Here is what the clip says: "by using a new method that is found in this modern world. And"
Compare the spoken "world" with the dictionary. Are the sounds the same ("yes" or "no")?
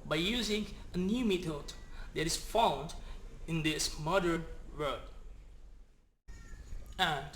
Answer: no